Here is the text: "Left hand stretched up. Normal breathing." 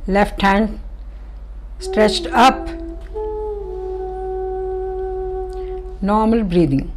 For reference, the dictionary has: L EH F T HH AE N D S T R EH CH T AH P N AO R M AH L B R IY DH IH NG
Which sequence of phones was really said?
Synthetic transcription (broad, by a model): L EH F T HH AE N D S T R EH CH T AH P N AO R M AH L B R IY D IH NG